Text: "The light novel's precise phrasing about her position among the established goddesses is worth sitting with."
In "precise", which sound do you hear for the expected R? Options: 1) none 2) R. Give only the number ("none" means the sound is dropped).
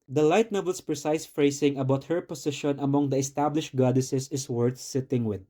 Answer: 2